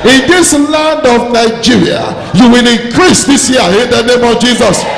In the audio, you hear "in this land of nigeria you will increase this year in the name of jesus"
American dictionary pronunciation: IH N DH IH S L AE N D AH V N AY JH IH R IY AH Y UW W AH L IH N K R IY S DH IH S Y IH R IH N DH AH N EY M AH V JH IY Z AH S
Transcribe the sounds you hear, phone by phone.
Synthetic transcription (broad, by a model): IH N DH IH S L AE N D AH V N AY JH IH R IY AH Y UW W AH L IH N K R IY S DH IH S Y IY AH IH N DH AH N EY M AH V JH IY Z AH S